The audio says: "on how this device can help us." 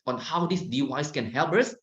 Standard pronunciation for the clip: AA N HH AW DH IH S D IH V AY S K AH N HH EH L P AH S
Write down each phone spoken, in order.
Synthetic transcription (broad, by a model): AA N HH AW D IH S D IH W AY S K AH N HH EH L P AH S